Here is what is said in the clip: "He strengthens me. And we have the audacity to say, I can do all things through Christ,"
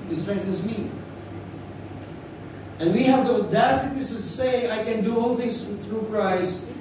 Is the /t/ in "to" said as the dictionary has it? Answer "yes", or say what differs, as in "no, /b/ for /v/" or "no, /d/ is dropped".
no, /s/ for /t/